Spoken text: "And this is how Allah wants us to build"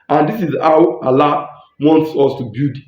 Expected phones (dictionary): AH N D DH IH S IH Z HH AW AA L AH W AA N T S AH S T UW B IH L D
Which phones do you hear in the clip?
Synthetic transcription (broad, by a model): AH N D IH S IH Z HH AW AA L AH W AA N T S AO S T UW B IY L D